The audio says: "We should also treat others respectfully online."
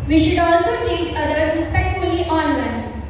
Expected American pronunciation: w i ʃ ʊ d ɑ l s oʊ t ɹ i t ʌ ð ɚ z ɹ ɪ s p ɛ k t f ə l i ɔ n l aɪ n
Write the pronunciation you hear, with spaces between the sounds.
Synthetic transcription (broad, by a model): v i ʃ ʊ d ɑ l s oʊ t i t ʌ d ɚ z ɹ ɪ s p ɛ k t f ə l i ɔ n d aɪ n